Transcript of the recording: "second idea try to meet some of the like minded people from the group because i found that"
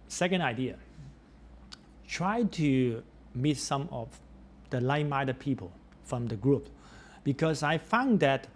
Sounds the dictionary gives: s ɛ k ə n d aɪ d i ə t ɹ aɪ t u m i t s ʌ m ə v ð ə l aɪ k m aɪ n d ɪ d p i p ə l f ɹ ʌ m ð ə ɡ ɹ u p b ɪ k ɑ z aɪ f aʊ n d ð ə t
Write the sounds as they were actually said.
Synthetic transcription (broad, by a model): s ɛ k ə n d aɪ d i ə t ɹ aɪ t u m i t s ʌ m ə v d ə l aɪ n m aɪ d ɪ p i p ə l f ɹ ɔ m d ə ɡ ɹ u p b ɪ k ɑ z aɪ f aʊ n d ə t